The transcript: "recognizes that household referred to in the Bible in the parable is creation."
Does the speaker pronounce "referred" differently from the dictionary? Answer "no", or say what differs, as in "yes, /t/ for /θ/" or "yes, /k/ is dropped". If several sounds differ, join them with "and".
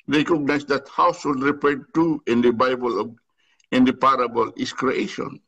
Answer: yes, /p/ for /f/